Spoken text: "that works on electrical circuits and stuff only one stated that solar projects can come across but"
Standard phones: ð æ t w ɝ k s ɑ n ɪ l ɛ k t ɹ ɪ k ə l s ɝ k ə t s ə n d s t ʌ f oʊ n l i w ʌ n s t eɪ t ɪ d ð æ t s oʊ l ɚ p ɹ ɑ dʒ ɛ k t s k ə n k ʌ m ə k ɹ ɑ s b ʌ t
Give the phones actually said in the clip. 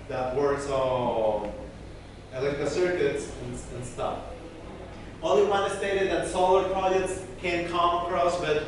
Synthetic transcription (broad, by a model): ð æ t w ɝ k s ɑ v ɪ l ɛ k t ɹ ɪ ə s ɝ k ə t s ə n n s t ʌ f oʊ l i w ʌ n s t eɪ t ɪ d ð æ t s oʊ l ɚ p ɹ ɑ dʒ ɛ k t s k ə n k ʌ m ə k ɹ ɑ s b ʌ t